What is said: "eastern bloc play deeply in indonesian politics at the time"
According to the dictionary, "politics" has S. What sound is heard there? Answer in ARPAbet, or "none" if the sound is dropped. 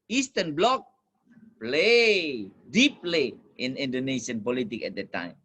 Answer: none